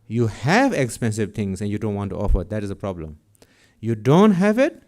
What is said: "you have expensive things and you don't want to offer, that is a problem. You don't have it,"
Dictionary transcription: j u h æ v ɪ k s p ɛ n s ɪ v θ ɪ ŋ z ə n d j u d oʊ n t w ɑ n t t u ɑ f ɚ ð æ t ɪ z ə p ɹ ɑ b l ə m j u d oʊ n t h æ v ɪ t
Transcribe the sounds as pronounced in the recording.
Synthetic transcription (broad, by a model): j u h æ v ɪ k s p ɛ n s ɪ v t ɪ ŋ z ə n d j u d oʊ n t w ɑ n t t u ɑ f ɚ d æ t ɪ z ə p ɹ ɑ b l ə m j u d oʊ n t h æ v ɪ t